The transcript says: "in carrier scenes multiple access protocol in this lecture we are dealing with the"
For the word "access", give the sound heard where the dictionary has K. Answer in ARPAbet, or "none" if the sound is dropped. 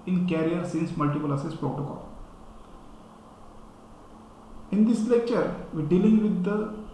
none